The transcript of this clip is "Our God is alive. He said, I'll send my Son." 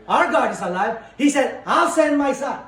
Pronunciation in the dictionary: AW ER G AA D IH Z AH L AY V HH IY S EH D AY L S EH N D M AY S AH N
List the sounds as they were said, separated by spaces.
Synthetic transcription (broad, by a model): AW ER G AA D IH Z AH L AY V HH IY S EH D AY W S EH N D M AY S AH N